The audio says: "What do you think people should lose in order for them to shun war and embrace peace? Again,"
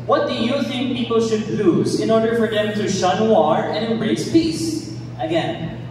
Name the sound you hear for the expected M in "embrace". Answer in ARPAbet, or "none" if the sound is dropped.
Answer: none